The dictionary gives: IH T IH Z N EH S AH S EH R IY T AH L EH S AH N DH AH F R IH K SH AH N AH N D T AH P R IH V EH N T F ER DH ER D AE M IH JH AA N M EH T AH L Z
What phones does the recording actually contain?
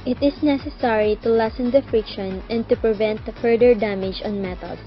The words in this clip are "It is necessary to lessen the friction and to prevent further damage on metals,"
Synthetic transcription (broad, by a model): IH T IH S N EH S AH S EH R IY T AH L EH S AH N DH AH F R IH K SH AH N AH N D T AH P R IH V EH N T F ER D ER D AE M IH JH AA N M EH T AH L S